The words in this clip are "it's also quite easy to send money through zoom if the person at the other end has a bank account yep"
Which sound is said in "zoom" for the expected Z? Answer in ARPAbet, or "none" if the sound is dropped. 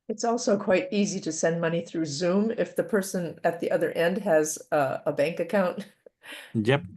Z